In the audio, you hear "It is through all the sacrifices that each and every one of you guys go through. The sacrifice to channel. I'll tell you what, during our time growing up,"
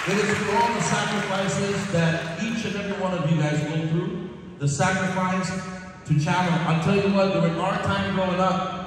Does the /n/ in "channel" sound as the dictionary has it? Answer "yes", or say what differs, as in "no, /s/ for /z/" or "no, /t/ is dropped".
no, /l/ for /n/